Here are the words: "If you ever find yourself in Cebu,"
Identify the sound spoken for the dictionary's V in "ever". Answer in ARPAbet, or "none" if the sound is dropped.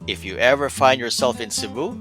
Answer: V